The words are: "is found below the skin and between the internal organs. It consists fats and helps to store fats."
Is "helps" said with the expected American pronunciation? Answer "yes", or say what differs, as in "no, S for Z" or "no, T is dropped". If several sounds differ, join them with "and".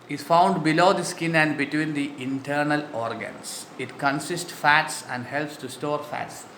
yes